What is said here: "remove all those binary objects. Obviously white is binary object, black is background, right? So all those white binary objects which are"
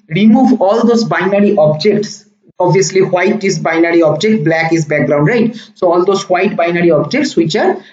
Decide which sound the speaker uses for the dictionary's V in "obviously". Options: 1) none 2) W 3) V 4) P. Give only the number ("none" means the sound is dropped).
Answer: 1